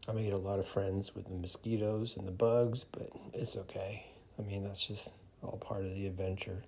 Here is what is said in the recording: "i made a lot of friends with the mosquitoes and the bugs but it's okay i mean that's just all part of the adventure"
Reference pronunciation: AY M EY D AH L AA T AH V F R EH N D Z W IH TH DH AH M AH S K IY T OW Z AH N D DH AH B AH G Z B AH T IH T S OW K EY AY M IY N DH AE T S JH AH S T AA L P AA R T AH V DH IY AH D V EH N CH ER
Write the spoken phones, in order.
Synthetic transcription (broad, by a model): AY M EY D AH L AA T AH V F R EH N D Z W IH DH AH M AH S K IY T OW Z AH N DH AH B AH G Z B AH T IH T S OW K EY AY M IY N DH AE T S JH AH S T AA L P AA R T AH V DH IY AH D V EH N CH ER